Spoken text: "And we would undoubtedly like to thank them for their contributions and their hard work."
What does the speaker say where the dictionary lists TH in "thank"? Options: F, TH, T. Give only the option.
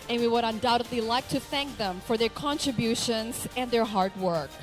TH